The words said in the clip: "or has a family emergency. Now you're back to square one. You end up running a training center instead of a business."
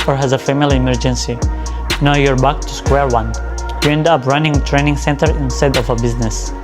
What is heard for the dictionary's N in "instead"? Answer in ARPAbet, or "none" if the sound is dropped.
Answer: N